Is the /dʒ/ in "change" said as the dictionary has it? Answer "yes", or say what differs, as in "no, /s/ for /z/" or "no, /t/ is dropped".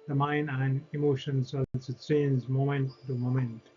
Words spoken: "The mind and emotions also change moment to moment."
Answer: no, /z/ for /dʒ/